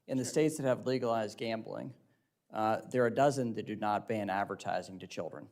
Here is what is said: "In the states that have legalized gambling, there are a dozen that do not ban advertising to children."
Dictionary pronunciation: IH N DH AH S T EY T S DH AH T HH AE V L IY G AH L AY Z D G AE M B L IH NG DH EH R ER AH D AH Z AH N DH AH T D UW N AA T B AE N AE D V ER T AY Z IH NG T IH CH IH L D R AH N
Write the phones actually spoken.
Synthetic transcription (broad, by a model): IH N DH AH S T EY T S DH AH T HH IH V L IY G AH L AY Z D G AE M B L IH NG DH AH R D AH Z AH N DH AH T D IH N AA T B AE N AE D V ER T AY Z IH NG T IH CH IH L D R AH N